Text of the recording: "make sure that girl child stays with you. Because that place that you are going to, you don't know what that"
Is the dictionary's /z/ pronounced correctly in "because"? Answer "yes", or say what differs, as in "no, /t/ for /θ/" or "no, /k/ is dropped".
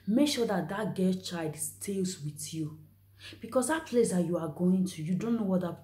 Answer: no, /s/ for /z/